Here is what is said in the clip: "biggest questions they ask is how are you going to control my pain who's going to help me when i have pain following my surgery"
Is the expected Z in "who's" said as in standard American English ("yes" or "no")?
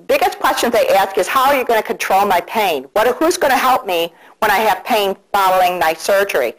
yes